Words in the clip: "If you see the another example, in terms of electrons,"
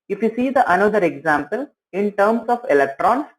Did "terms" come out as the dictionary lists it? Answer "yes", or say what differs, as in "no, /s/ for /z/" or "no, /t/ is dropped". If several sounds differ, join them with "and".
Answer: no, /s/ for /z/